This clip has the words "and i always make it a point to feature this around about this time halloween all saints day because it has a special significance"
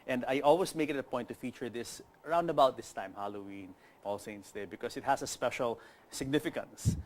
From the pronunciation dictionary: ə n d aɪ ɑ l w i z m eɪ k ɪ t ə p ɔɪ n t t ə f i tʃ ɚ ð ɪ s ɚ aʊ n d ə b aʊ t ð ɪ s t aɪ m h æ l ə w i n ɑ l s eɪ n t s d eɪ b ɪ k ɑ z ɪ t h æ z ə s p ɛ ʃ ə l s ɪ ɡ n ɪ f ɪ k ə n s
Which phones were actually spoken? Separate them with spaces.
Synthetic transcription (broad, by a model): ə n d aɪ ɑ l w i s m eɪ k ɪ t ə p ɔɪ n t t ə f i tʃ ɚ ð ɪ s ɚ aʊ n d ə b aʊ t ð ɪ s t aɪ m h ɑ l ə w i n ɑ l s eɪ n t s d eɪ b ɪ k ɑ s ɪ t h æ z ə s p ɛ ʃ ə l s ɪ ɡ n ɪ f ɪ k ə n s